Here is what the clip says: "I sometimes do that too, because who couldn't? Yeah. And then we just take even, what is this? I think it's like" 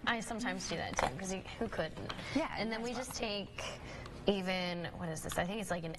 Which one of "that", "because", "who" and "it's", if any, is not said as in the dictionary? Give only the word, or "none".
because